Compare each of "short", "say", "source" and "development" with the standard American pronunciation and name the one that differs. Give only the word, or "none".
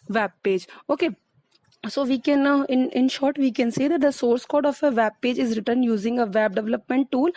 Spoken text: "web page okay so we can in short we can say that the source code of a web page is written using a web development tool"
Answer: none